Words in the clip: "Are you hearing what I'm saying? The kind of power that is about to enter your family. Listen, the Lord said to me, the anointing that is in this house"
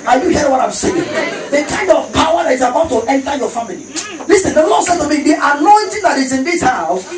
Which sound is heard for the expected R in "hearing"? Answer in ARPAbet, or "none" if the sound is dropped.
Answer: none